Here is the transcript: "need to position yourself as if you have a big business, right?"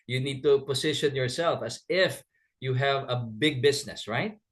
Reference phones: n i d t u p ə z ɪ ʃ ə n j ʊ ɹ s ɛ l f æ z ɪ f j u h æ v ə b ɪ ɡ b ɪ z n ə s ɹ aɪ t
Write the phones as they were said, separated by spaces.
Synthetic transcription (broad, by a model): n i d t u p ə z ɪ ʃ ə n j ʊ ɹ s ɛ l f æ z ɪ f j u h æ v ə b ɪ ɡ b ɪ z n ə s ɹ aɪ t